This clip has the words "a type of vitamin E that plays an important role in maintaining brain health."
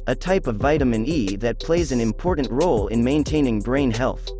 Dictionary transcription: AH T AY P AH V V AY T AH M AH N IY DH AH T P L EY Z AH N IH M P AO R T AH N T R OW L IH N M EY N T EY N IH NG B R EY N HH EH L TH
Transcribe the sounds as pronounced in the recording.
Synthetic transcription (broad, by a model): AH T AY P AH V V AY T AH M AH N IY DH AH T P L EY Z AH N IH M P AO R T N T R OW L IH N M EY N T EY N IH NG B R EY N HH EH L TH